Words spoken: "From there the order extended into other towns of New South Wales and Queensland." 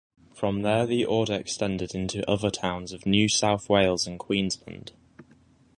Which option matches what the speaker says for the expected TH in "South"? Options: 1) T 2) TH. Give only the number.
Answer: 2